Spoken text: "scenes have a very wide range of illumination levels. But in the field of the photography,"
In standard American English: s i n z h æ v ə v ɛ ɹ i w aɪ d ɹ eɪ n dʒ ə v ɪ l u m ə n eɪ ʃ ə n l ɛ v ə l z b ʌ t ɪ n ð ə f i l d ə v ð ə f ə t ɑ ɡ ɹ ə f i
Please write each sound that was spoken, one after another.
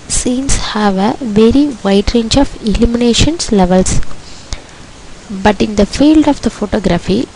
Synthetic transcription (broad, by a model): s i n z h æ v ə v ɛ ɹ i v aɪ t ɹ eɪ n dʒ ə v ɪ l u m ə n eɪ ʃ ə n l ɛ v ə l s b ʌ t ɪ n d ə f i l d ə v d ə f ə t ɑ ɡ ɹ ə f i